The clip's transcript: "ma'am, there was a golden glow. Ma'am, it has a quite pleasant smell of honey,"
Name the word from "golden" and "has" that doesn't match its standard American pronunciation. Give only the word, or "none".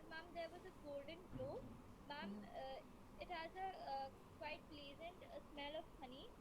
none